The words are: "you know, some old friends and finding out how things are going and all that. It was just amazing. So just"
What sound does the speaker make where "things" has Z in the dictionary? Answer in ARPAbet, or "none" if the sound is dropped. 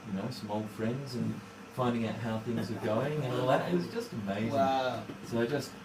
Z